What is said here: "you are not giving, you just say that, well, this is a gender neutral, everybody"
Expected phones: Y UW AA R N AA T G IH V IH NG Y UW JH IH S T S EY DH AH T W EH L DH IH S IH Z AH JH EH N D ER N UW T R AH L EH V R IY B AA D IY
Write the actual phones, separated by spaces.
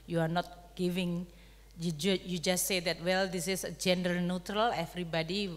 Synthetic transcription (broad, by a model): Y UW AA R N AA T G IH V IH NG Y UW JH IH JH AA S EY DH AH T W EH L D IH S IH S AH JH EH N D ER N UW T R AH L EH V R IY B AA D IY